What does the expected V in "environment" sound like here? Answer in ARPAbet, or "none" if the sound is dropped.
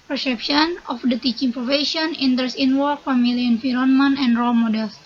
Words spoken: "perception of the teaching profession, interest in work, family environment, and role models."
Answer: F